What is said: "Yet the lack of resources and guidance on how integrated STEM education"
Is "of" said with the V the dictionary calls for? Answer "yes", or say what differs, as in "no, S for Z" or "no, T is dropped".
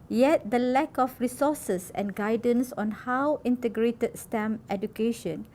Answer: no, F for V